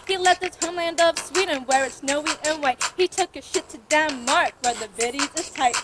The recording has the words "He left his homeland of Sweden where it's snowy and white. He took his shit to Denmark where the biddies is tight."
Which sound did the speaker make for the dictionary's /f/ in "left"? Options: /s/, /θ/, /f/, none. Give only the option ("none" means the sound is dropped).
none